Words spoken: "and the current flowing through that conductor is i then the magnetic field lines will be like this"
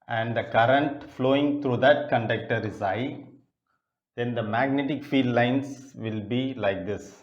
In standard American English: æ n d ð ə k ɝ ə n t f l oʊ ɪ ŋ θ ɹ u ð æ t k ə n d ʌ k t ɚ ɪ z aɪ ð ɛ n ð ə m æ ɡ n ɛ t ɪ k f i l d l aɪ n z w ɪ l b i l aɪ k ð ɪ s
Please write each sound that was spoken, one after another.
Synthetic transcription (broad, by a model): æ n d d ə k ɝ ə n t f l oʊ ɪ ŋ t ɹ u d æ t k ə n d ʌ k t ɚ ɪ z aɪ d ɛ n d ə m æ ɡ n ɛ t ɪ k f i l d l aɪ n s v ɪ l b i l aɪ k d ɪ s